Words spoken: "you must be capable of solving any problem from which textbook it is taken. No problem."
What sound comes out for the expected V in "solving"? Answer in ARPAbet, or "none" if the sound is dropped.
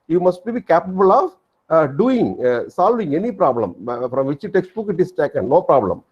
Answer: V